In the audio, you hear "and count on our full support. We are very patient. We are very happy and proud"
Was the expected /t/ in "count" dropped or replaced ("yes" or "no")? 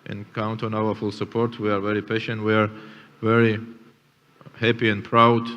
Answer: no